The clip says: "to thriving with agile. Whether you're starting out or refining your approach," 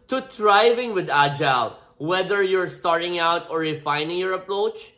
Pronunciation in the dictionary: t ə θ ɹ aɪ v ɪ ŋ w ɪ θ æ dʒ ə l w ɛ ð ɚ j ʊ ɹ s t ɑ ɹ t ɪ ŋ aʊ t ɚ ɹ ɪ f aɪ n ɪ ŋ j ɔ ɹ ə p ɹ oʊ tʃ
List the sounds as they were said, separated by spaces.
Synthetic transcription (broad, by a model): t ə t ɹ aɪ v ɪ ŋ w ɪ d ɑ dʒ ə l w ɛ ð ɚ j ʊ ɹ s t ɑ ɹ t ɪ ŋ aʊ t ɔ ɹ ɪ f aɪ n ɪ ŋ j ɔ ɹ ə p ɹ oʊ tʃ